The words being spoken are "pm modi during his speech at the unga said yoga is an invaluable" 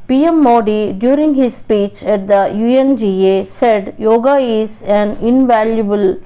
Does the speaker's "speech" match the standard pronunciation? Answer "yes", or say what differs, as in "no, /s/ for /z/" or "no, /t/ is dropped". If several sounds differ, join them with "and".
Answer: yes